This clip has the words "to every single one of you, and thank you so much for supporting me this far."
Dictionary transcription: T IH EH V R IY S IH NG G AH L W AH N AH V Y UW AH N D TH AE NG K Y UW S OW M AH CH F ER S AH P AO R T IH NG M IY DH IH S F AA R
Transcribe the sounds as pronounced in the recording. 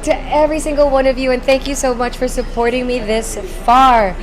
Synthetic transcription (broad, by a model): T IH EH V R IY S IH NG G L W AH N AH V Y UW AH N TH AE NG K Y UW S OW M AH CH F ER S AH P AO R T IH NG M IY DH IH S F AA R